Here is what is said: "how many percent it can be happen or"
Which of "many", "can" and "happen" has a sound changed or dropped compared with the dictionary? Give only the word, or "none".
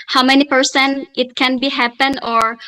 none